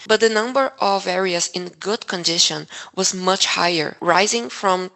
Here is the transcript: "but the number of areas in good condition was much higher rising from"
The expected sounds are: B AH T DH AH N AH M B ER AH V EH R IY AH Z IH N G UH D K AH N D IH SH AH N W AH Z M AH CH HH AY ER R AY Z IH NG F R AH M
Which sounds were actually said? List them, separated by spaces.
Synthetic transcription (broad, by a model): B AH T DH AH N AH M B ER AH V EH R IY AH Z IH N G UH D K AH N D IH SH AH N W AH Z M AH CH HH AY ER R AY Z IH NG F R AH M